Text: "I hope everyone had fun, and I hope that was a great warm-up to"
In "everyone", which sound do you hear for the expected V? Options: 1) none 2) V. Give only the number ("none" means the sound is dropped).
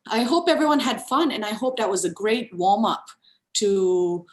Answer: 2